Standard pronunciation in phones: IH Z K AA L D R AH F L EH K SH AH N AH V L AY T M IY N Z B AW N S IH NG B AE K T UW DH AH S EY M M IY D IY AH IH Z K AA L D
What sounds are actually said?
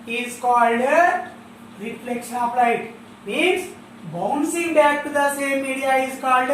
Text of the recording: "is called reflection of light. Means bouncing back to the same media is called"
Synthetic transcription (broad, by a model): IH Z K AA L D R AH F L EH K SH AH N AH P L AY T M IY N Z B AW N S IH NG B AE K T UW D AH S EY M M IY D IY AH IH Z K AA L D